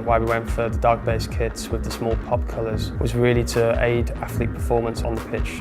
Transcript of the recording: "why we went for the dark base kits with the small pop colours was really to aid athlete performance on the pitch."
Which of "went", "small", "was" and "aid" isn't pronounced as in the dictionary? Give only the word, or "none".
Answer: none